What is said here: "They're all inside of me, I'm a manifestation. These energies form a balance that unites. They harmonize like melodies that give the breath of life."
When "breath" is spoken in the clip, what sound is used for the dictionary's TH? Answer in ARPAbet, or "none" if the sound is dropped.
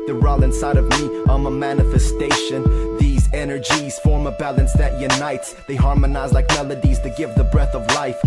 TH